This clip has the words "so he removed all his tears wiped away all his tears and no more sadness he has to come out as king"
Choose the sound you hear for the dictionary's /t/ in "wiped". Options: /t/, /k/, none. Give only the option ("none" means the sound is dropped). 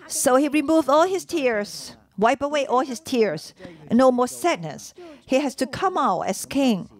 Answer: none